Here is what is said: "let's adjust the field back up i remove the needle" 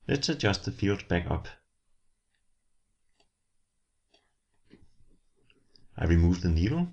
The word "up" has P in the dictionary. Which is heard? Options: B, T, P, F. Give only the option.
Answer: P